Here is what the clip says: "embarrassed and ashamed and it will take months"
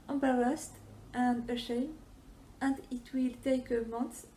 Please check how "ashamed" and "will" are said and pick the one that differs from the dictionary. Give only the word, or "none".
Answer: ashamed